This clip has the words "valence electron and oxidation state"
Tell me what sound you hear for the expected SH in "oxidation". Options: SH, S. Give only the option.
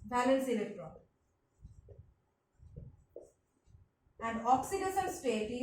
S